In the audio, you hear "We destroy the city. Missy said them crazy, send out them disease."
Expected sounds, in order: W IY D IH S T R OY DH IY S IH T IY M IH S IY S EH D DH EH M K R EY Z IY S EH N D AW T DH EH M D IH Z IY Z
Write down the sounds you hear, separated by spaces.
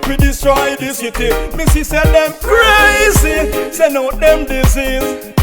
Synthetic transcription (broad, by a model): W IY D IH S T R OY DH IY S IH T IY M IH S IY S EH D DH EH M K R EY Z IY S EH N AO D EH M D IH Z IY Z